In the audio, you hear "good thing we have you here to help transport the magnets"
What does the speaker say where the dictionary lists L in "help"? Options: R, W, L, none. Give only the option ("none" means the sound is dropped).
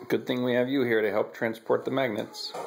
L